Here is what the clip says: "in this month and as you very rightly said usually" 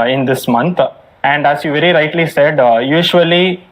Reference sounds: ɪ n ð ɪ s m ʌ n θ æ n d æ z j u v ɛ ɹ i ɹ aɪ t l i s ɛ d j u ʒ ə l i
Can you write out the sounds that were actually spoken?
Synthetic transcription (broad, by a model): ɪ n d ɪ s m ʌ n t æ n d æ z j u v ɛ ɹ i ɹ aɪ t l i s ɛ d j u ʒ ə l i